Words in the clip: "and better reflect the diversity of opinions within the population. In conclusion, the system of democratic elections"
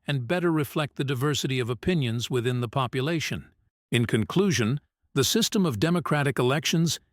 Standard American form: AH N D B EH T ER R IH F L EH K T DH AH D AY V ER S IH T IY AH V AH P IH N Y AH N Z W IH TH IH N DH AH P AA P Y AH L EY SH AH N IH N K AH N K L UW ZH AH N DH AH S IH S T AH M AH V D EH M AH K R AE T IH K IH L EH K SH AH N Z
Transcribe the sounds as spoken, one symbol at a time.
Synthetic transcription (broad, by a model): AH N B EH T ER R IH F L EH K T DH AH D AY V ER S IH T IY AH V AH P IH N Y AH N Z W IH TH IH N DH AH P AA P Y AH L EY SH AH N IH N K AH N K L UW ZH AH N DH AH S IH S T AH M AH V D EH M AH K R AE T IH K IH L EH K SH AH N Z